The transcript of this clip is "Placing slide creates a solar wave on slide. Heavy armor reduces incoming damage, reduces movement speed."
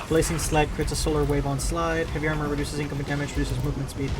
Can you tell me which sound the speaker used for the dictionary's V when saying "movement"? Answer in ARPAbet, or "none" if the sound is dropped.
V